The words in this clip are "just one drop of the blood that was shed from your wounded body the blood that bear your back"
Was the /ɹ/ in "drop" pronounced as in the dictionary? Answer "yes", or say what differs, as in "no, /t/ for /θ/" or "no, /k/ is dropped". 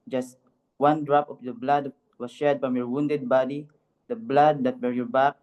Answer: yes